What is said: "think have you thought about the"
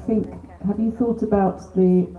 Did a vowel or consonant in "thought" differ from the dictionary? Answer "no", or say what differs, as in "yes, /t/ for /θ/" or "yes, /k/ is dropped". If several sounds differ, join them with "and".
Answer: no